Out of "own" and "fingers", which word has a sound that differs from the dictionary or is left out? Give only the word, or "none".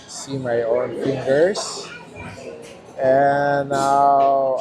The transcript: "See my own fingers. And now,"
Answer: fingers